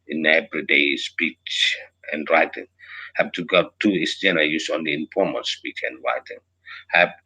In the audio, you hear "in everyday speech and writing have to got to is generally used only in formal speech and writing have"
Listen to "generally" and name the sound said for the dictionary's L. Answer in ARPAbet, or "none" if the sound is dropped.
N